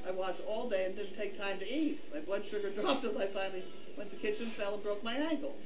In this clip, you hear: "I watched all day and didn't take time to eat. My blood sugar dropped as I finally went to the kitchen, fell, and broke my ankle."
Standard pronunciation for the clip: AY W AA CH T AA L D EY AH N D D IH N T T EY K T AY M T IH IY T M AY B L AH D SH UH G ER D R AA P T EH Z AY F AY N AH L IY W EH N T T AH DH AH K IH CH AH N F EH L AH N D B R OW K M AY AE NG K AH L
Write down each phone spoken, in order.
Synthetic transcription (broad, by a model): AY W AA CH AA L D EY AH N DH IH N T T EY K T AY M T IH IY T M AY B L AH D SH UH G ER D R AA P T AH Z AY F AY N L IY W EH N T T DH AH K IH CH AH N F EH L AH N B R OW K M AY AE NG K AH L